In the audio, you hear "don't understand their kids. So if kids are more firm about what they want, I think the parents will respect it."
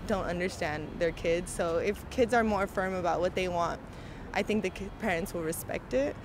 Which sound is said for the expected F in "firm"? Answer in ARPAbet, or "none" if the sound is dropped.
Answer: F